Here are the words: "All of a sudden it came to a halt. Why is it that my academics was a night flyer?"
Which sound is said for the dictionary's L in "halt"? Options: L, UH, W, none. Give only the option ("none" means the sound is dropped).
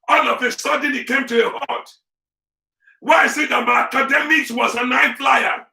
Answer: none